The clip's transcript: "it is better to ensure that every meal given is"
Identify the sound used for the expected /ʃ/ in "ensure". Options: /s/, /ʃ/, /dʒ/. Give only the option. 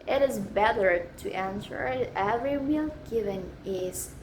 /s/